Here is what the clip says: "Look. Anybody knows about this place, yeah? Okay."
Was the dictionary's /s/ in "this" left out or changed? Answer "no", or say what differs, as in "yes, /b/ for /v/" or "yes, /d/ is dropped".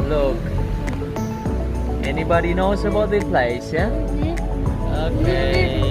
yes, /s/ is dropped